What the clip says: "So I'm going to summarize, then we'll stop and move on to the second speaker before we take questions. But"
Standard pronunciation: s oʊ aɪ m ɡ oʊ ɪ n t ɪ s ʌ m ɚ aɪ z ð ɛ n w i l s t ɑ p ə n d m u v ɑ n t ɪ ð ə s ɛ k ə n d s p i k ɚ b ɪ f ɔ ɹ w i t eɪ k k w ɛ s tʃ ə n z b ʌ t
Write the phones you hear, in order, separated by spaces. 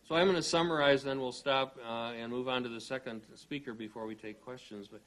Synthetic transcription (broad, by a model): s oʊ aɪ m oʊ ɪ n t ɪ s ʌ m ɚ aɪ z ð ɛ n w i l s t ɑ p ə n m u v ɑ n t ɪ ð ə s ɛ k ə n d s p i k ɚ b ɪ f ɔ ɹ w i t eɪ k k w ɛ s tʃ ə n z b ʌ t